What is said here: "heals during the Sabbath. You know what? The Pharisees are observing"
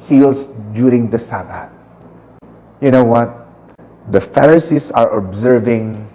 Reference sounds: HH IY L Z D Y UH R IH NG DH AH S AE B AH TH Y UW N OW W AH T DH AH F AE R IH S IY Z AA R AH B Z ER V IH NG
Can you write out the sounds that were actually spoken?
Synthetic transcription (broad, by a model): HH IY L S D Y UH R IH NG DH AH S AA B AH T Y UW N OW W AH T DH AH F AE R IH S IY S AA R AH B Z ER V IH NG